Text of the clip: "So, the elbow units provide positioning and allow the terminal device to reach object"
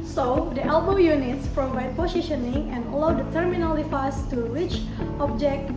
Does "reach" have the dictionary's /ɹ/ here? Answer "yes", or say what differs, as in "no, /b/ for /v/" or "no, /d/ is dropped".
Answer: no, /w/ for /ɹ/